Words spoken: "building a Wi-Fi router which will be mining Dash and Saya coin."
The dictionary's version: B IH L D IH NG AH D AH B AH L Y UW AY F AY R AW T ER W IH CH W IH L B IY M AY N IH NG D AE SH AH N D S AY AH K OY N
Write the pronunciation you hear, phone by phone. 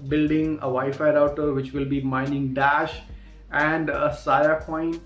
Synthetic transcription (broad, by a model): B IH L D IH NG AH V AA AH F AY R AW T ER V IH CH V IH L B IY M AY N IH NG D AE SH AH N D S AY AH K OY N